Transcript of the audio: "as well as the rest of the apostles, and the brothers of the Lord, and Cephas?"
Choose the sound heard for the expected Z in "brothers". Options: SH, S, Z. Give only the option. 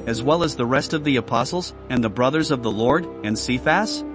Z